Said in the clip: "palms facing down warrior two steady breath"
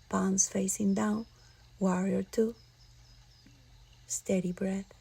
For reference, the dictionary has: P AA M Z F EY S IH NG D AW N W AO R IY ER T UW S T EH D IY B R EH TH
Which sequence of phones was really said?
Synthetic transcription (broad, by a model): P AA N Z F EY S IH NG D AW N W AO R IY ER T UW S T EH D IY B R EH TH